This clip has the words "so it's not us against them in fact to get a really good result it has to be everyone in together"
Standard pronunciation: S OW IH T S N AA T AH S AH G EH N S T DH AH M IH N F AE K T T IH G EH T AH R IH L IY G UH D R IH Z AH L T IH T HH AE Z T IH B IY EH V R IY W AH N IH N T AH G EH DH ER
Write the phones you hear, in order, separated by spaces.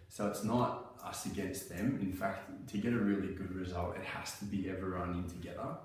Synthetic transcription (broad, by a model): S OW IH T S N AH T AH S AH G EH N S T DH AH M IH N F AE K T T IH G EH T AH R IH L IY G UH D R IH Z AH L T IH T HH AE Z T IH B IY EH V IY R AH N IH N T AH G EH DH ER